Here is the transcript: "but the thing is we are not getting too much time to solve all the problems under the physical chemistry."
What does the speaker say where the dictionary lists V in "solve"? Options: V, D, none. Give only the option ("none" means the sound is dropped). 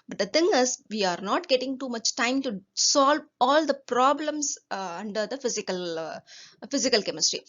V